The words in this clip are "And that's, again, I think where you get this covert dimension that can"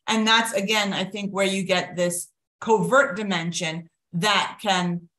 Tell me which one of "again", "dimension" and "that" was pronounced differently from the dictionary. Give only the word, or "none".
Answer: none